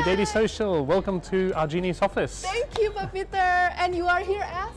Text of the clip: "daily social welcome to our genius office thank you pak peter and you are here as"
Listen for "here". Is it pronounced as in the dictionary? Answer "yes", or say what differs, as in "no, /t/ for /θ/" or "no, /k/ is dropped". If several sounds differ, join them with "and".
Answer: yes